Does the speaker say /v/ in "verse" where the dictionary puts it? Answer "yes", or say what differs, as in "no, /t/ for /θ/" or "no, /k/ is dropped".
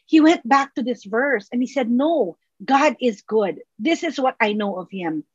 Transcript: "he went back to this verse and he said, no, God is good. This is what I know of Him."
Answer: yes